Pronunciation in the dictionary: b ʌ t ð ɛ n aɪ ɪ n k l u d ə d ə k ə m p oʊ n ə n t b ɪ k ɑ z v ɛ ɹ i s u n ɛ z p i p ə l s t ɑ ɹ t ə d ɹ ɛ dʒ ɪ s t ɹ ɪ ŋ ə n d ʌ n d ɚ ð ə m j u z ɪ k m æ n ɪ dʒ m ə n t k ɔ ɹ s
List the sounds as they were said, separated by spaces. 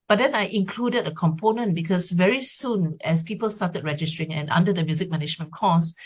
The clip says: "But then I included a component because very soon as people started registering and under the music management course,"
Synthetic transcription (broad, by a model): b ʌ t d ɛ n aɪ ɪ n k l u d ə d ə k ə m p oʊ n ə n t b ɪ k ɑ s v ɛ ɹ i s u n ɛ s p i p ə l s t ɑ t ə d ɹ ɛ dʒ ɪ s t ɹ ɪ ŋ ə n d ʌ n d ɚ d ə m j u z ɪ k m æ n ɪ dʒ m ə n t k ɔ s